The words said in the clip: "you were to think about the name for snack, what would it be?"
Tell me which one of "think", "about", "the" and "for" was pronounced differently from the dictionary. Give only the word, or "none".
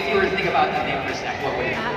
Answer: for